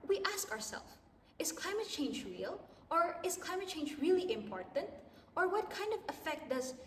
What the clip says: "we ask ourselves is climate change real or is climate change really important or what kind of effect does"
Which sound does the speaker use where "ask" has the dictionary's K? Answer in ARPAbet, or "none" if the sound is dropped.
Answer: K